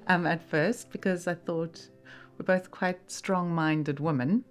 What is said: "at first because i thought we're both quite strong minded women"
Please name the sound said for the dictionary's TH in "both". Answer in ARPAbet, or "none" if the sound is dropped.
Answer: TH